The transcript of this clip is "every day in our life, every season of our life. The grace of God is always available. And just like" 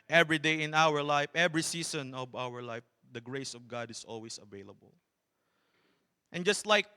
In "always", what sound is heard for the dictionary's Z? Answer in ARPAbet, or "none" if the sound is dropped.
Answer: S